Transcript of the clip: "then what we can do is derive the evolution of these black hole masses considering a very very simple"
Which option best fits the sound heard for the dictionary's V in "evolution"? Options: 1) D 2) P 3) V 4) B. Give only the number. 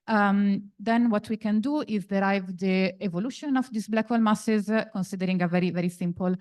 3